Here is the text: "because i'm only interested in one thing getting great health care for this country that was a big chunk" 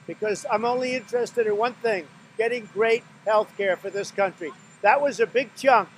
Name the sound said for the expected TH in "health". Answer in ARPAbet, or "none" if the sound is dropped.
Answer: TH